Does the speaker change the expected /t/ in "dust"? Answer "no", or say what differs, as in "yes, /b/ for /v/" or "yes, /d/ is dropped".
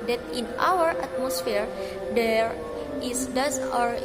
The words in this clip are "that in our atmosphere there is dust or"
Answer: yes, /t/ is dropped